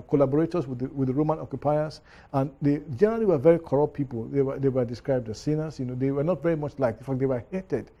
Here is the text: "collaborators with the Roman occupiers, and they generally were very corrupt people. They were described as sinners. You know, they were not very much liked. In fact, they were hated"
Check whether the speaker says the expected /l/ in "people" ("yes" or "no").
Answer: no